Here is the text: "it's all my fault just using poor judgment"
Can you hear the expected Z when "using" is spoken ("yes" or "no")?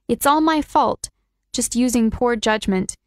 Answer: yes